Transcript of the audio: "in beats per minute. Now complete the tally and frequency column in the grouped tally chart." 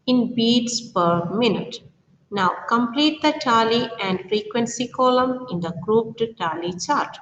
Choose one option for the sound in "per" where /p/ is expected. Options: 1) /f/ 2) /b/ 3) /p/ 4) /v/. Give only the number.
3